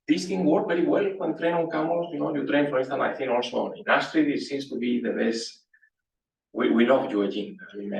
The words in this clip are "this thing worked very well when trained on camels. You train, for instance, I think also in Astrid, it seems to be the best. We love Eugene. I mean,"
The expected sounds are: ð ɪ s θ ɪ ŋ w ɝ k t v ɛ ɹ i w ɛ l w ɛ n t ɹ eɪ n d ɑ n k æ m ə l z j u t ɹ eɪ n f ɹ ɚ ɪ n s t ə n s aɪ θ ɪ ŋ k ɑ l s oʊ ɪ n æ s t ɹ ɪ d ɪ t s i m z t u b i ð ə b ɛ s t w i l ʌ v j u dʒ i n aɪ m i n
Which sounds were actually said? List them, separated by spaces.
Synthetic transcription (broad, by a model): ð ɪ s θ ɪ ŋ w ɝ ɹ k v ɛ ɹ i w ɛ l w ɛ n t ɹ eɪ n ɑ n k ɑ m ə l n j u t ɹ eɪ n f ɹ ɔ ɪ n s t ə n aɪ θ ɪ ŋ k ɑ l s oʊ ɪ n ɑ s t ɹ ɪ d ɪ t s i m s t u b i ð ə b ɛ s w w i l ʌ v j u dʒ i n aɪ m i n